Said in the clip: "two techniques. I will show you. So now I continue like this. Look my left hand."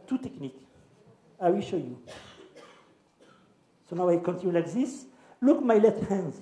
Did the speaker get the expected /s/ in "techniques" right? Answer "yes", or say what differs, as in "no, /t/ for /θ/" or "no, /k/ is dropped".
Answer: no, /s/ is dropped